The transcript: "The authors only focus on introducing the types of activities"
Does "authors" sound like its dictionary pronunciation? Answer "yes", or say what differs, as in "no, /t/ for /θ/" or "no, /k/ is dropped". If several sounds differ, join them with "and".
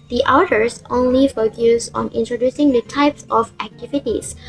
no, /t/ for /θ/